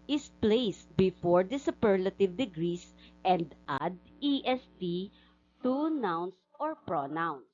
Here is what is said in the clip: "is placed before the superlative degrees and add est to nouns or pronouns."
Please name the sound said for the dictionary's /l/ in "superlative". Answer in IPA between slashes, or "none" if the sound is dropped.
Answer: /l/